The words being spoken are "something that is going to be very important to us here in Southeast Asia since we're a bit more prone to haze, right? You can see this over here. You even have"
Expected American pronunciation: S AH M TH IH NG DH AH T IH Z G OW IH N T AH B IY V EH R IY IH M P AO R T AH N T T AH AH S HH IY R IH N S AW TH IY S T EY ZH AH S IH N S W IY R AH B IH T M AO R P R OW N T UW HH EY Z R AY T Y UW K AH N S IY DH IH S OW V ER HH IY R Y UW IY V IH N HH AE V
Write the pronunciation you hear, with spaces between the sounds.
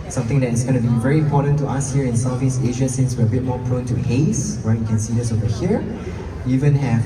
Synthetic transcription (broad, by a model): S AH M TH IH NG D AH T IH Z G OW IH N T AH B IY V EH R IY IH M P AO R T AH N T T AH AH S HH IY R IH N S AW F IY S EY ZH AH S IH N S W IY R AH B IH T M AO R P R OW N T UW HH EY S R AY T Y UW K AH N S IY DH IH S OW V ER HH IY R Y UW IY V IH N HH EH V